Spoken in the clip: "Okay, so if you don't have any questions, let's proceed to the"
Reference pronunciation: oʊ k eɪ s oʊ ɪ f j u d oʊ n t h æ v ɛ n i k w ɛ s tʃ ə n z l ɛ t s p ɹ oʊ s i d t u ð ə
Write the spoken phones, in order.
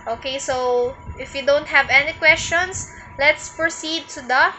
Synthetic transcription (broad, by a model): oʊ k eɪ s oʊ ɪ f j u d oʊ n t h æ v ɛ n i k w ɛ s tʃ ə n s l ɛ t s p ɹ oʊ s i d t u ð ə